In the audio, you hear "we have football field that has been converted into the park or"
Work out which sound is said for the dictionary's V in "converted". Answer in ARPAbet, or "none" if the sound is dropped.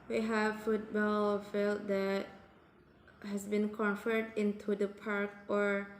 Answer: F